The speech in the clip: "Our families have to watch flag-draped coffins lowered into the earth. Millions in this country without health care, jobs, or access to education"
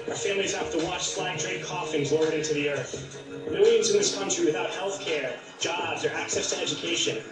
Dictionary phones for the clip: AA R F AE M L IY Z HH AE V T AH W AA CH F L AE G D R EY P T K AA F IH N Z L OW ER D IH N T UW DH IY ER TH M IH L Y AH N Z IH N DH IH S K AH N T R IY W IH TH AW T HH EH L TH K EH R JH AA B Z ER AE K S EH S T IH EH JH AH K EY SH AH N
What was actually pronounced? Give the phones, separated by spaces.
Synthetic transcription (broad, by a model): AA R F AE M L IY Z HH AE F T AH W AA CH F L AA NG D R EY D K AA F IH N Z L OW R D IH N T UW DH IY ER TH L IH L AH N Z IH N DH IH S K AH N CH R IY W IH TH AW T HH EH L TH K EH R JH AA B Z ER AE K S EH S T IH EH JH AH K EY SH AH N